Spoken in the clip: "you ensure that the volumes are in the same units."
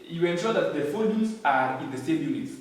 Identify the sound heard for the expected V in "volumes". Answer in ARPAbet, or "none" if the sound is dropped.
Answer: F